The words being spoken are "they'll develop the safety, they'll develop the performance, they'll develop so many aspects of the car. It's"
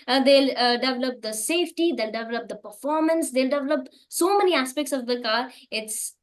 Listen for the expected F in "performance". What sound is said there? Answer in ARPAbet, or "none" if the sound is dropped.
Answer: F